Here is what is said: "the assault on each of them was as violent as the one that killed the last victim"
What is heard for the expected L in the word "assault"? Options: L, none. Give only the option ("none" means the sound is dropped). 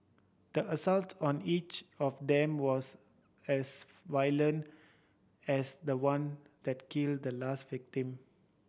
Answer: L